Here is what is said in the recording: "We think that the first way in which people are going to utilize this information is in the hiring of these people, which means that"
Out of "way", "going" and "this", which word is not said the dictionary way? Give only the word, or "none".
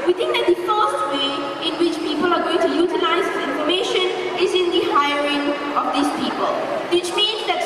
this